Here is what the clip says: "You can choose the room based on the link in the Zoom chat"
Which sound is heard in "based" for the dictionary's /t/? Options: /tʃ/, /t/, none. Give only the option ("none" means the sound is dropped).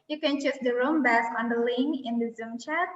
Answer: none